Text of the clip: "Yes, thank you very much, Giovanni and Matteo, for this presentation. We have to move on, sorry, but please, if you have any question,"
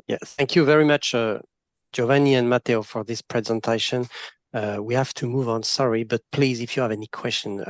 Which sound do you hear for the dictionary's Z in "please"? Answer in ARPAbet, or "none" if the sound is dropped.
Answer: Z